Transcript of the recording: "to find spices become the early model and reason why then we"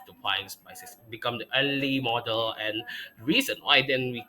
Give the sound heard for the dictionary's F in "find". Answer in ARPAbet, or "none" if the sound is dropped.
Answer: P